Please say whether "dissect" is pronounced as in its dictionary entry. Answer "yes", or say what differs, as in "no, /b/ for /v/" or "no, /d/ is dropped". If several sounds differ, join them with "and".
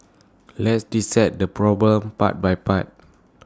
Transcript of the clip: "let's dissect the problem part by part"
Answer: no, /k/ is dropped